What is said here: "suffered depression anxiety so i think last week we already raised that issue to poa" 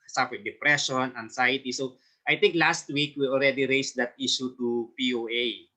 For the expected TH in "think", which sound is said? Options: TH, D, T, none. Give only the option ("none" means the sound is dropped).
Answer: T